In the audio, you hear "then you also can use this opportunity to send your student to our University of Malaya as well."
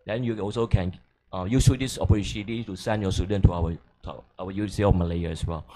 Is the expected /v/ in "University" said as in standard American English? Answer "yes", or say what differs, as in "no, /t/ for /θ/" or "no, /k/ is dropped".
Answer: no, /w/ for /v/